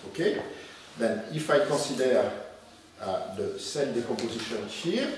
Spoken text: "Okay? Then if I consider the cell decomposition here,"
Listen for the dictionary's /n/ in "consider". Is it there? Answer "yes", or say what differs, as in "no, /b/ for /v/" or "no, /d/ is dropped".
no, /n/ is dropped